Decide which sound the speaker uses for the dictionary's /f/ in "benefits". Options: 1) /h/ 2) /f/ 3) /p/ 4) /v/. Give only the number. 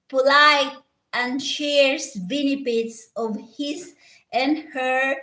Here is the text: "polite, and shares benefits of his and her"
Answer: 3